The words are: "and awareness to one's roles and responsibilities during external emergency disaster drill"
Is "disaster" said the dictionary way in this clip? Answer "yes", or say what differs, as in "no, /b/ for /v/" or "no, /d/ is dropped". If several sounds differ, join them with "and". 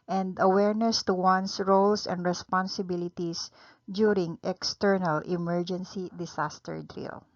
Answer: no, /s/ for /z/